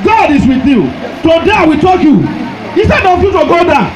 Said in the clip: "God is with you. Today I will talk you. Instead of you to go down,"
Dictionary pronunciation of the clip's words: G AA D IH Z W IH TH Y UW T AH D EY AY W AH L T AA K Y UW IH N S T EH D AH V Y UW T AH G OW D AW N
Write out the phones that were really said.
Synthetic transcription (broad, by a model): G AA D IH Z W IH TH Y UW T AH D EY AY W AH T AA K Y UW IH S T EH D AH F Y UW T AH G OW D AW